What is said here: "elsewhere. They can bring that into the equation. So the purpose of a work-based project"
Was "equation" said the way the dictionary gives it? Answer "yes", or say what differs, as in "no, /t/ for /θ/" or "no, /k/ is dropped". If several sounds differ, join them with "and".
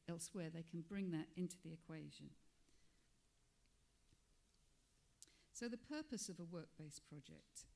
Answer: yes